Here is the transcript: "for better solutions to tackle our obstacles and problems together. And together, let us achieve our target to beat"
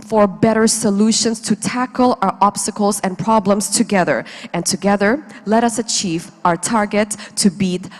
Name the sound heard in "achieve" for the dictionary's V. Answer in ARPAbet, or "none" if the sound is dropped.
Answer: V